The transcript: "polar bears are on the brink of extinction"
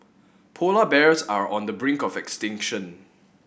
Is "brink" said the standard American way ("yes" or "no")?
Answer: yes